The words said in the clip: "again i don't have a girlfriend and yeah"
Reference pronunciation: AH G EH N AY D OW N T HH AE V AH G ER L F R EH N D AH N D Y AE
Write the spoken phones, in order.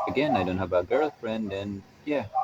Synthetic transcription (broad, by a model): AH G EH N AY D OW N T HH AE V AH G ER L F R EH N D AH N Y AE